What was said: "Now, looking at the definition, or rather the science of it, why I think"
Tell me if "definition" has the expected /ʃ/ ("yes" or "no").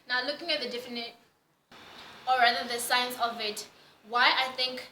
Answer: no